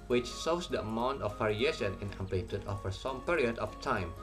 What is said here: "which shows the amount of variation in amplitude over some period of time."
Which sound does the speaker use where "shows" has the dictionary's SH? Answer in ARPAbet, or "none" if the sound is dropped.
S